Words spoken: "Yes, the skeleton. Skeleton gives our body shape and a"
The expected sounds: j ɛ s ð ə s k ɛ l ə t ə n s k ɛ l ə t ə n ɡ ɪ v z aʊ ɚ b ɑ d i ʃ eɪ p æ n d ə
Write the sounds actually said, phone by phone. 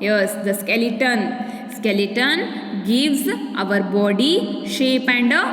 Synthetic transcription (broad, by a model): j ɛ s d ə s k ɛ l ə t ə n s k ɛ l ə t ə n ɡ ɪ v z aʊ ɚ b ɑ d i ʃ eɪ p æ n d